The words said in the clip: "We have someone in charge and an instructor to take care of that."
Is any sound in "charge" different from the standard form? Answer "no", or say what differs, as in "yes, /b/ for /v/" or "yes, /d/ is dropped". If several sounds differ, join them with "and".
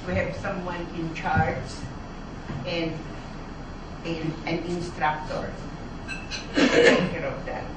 yes, /z/ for /dʒ/